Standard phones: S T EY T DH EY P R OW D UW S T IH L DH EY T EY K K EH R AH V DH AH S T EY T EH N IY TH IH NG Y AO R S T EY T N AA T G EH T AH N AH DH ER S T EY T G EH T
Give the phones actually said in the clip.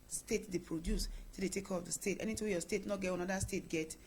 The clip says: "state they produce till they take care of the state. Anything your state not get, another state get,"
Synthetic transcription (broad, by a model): S T EY T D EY P R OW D UW S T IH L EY T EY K K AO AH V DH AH S T EY T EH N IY T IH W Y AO S T EY T N AA T G EH T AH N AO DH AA S T EY T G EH T